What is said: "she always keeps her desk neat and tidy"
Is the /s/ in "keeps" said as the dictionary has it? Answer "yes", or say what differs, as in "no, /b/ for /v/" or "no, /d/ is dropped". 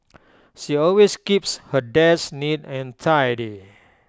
yes